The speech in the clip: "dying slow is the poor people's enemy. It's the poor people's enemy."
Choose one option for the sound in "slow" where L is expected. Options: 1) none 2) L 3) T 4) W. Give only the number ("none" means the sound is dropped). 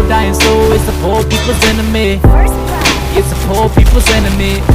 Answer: 1